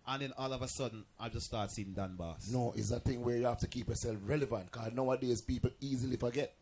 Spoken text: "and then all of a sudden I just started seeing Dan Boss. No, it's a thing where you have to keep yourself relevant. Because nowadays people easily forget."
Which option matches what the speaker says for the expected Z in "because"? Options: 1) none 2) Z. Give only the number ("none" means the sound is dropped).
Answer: 1